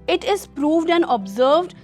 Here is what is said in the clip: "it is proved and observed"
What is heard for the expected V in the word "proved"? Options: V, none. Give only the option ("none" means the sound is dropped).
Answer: V